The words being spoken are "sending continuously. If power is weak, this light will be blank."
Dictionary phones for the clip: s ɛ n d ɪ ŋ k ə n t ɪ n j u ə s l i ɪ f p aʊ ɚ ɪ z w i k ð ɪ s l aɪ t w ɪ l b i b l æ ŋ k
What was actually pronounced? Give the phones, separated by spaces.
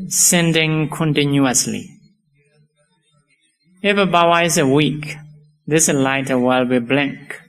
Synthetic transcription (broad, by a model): s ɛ n d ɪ ŋ k ə n t ɪ n j u ə s l i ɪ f b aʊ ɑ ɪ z w i k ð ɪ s l aɪ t w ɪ l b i b l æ ŋ k